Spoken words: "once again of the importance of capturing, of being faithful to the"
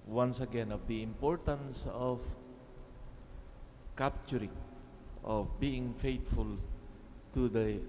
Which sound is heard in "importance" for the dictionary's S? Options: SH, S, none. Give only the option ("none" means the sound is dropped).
S